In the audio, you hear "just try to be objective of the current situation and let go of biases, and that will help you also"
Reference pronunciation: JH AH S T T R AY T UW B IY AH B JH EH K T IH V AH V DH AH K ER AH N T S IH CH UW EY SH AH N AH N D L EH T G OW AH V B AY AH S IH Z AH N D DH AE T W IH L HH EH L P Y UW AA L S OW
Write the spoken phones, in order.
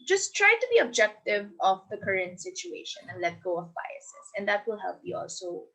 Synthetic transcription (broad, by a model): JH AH S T T R AY T UW B IY AH B JH EH K T IH V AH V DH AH K ER AH N T S IH CH UW EY SH AH N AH N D L EH T G OW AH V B AY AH S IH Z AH N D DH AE T W IH L HH EH L P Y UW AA L S OW